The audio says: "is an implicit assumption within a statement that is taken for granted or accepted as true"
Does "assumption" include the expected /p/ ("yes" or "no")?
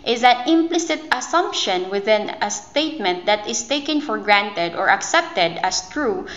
yes